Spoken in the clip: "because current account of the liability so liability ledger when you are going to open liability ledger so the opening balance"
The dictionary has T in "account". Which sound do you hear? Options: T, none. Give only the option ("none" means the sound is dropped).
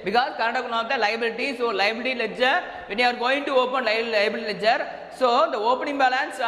none